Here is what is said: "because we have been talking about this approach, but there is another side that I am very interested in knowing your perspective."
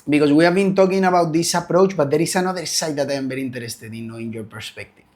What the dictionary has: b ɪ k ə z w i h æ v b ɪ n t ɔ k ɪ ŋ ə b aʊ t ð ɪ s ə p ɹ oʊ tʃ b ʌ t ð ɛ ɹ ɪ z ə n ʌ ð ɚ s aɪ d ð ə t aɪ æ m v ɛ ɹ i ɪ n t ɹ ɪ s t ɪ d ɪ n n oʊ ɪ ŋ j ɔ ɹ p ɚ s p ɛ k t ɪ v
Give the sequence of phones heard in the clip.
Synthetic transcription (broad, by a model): b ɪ k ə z w i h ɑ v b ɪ n t ɔ k ɪ ŋ ə b aʊ t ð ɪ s ə p ɹ oʊ tʃ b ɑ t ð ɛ ɹ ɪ s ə n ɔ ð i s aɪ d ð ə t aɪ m b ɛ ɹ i n t ɹ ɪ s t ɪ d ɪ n n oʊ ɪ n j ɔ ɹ p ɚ s p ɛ k t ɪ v